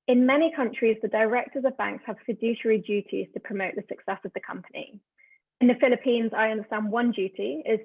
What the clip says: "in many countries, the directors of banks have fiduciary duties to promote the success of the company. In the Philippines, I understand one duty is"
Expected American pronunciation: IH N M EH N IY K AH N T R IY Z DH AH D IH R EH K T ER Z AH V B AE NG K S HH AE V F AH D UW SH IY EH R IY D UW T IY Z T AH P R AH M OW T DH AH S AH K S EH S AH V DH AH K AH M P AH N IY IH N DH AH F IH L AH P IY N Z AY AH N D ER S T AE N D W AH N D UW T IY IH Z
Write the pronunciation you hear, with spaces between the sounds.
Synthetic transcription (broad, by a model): IH N M EH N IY K AH N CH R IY Z DH AH D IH R EH K T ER Z AH V B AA NG K S HH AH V F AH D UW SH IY R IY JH UW T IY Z T AH P R AH M OW T DH AH S AH K S EH S AH V DH AH K AH M P AH N IY IH N DH AH F IH L AH P IY N Z AY AH N D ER S T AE N D W AH N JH UW T IY IH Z